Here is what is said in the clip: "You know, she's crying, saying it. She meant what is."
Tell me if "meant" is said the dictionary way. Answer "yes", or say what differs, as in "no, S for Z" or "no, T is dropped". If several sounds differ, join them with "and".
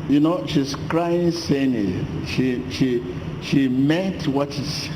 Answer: no, N is dropped